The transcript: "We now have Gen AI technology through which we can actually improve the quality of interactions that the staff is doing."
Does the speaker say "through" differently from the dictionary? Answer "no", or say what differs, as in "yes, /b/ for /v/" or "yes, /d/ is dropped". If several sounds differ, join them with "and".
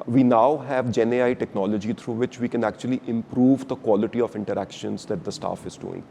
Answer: yes, /t/ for /θ/